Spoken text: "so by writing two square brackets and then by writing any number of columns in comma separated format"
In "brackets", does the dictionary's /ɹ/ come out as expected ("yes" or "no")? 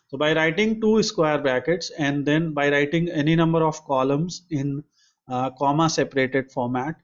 no